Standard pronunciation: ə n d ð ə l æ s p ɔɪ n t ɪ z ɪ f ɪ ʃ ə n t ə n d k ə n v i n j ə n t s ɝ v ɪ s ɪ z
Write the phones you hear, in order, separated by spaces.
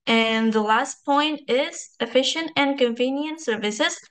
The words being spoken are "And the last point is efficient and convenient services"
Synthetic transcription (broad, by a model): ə n ð ə l æ s p ɔɪ n t ɪ z ɪ f ɪ ʃ ə n t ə n k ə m v i n j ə n t s ɝ v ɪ s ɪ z